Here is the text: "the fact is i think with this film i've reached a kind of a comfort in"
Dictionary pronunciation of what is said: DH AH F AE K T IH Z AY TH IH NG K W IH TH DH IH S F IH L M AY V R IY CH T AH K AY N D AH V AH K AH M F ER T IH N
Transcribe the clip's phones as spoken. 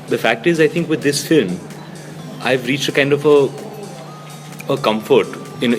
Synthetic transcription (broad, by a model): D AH F AE K T IH Z AY T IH NG K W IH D IH S F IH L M AY V R IY CH T AH K AY N D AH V AH K AH M F ER T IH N